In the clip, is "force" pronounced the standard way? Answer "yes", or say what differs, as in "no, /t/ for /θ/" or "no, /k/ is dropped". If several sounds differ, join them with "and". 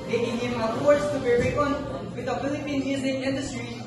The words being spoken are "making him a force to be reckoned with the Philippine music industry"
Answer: no, /p/ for /f/